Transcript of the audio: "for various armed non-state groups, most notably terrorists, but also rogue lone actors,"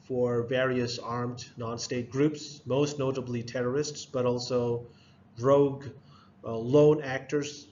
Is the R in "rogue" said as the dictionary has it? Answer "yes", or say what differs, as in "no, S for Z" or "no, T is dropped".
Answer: yes